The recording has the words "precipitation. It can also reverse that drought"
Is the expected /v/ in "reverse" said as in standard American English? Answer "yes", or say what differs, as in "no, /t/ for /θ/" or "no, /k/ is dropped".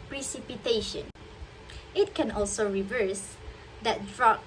yes